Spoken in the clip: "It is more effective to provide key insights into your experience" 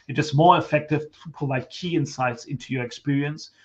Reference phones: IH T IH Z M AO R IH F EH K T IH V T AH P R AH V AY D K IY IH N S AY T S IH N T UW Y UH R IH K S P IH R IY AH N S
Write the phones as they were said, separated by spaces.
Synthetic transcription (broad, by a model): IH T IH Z M AO R IH F EH K T IH V T AH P AH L AY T K IY IH N S AY T S IH N T UW Y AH R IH K S P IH R IY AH N S